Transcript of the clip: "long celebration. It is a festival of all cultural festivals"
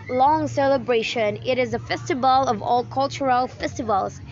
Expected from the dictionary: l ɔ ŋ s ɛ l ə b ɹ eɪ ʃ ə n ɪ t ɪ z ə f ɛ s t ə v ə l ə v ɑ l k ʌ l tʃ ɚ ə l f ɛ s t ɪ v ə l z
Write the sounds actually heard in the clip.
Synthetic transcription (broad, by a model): l ɔ ŋ s ɛ l ə b ɹ eɪ ʃ ə n ɪ t ɪ z ə f ɛ s t ə v ə l ə v ɑ l k ʌ l tʃ ɚ ə l f ɛ s t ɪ v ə l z